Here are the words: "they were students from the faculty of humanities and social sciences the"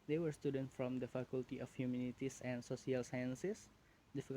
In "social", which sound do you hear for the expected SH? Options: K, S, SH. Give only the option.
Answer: S